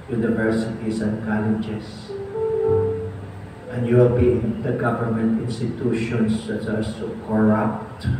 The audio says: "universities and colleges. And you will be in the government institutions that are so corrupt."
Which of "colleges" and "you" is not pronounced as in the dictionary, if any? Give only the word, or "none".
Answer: colleges